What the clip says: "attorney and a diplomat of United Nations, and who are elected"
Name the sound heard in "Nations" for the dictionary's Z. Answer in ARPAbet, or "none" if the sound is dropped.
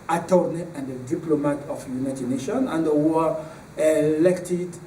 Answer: none